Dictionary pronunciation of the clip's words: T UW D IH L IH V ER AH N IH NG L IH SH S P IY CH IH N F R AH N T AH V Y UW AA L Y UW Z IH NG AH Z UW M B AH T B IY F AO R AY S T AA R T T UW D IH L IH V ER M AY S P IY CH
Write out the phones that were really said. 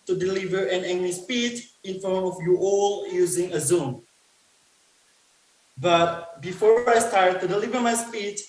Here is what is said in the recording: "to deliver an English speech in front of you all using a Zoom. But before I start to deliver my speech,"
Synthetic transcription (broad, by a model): T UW D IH L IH V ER AH N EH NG N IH S P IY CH IH N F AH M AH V Y UW AA L Y UW Z IH NG AH Z UW M B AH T B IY F AO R AY S T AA R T T UW D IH L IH V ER M AY S P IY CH